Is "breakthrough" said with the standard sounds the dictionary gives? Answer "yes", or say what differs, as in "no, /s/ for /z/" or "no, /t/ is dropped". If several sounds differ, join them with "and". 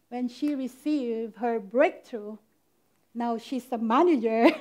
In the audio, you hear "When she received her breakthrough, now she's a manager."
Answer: no, /t/ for /θ/